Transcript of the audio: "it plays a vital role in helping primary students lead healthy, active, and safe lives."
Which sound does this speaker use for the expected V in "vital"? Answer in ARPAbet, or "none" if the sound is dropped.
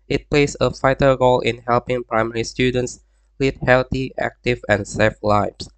F